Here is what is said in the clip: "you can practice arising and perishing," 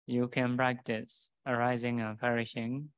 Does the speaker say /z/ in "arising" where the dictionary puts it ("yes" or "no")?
yes